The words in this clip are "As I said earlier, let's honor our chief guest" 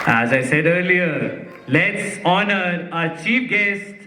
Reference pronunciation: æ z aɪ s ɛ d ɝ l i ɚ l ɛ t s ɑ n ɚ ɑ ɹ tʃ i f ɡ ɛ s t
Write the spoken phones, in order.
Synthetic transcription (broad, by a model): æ z aɪ s ɛ d ɝ l i ɚ l ɛ t s ɑ n ɚ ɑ tʃ i p ɡ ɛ s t